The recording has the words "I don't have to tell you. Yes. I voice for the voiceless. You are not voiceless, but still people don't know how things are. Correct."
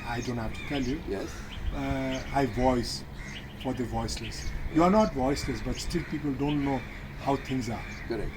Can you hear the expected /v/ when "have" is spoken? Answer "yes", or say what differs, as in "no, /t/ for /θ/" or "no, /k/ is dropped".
no, /f/ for /v/